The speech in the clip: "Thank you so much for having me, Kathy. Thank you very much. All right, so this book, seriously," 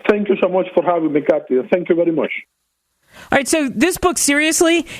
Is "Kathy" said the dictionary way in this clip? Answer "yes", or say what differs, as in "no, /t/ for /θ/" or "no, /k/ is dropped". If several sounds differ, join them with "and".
no, /t/ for /θ/